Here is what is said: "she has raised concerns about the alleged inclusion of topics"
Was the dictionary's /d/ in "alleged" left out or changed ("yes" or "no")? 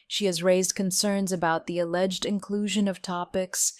no